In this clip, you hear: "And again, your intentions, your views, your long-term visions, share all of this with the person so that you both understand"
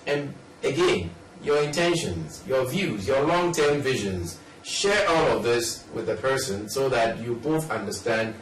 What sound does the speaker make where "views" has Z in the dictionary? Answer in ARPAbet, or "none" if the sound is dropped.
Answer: Z